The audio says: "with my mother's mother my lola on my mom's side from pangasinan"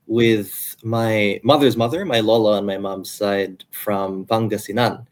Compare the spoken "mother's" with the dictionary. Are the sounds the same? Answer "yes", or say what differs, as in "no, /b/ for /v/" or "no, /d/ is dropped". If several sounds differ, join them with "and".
yes